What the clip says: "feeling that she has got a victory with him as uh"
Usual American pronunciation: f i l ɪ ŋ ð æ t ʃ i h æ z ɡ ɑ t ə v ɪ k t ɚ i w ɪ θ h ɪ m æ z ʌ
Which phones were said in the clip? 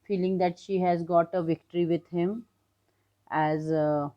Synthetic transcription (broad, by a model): f i l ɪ ŋ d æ t ʃ i h æ z ɡ ɑ t ə v ɪ k t ɚ i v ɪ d h ɪ m æ z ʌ